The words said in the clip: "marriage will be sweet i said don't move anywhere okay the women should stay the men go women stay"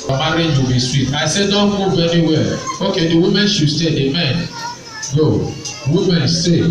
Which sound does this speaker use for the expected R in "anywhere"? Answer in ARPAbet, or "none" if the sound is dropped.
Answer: L